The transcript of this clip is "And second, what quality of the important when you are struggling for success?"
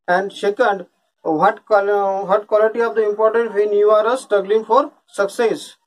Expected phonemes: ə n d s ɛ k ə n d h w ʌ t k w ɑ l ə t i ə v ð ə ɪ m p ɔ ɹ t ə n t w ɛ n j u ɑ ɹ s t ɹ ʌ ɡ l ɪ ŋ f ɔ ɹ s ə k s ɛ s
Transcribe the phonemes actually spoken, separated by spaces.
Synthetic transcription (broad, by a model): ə n d ʃ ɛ k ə n d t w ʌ t k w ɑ l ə t i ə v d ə ɪ m p ɔ ɹ t ə n t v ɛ n j u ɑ ɹ s t ɹ ʌ ɡ l ɪ ŋ f ɔ ɹ s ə k s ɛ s